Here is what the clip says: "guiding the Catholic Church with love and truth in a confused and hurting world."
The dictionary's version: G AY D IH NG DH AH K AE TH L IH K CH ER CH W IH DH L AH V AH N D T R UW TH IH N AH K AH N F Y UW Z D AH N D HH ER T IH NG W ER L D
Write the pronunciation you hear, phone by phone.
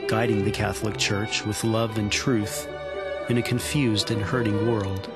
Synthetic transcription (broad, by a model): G AY D IH NG DH AH K AE TH L IH K CH ER CH W IH DH L AH V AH N T R UW TH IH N AH K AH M F Y UW Z D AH N HH ER T IH NG W ER L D